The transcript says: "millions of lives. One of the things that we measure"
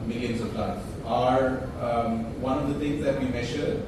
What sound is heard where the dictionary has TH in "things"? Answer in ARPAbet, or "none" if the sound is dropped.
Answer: T